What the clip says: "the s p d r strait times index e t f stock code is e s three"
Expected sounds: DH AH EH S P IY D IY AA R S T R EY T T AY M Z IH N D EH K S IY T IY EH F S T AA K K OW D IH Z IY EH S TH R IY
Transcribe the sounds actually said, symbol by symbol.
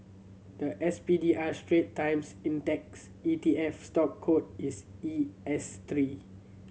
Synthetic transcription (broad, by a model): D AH EH S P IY D IY AA S T R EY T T AY M S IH N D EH K S IY T IY EH F S T AA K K OW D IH S IY EH S T R IY